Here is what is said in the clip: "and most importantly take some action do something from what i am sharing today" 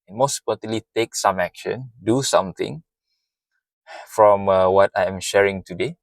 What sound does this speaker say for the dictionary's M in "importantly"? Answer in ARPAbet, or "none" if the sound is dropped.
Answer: none